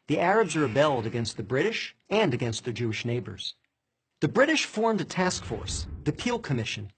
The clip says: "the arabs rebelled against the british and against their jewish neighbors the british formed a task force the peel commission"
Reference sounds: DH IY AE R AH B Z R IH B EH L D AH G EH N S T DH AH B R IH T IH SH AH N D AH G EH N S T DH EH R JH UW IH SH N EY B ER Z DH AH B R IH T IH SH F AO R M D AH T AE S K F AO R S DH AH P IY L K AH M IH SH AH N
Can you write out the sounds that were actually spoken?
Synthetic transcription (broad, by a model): DH IY AE R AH B Z R IH B EH L D AH G EH N S T DH AH B R IH T IH SH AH N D AH G EH N S T DH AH R JH UW IH SH N EY B ER Z DH AH B R IH T IH SH F AO R M D AH T AE S K F AO R S DH AH P IY L K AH M IH SH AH N